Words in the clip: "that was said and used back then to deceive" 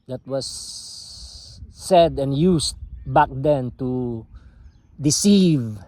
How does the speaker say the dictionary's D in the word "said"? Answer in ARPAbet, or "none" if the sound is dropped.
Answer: D